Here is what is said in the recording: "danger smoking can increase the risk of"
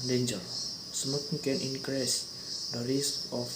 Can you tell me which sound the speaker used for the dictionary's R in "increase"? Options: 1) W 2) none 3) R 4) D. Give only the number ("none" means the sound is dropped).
3